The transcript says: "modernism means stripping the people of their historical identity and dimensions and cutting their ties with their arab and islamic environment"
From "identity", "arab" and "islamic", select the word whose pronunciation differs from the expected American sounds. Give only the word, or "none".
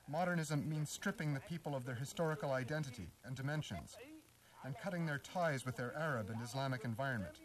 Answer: none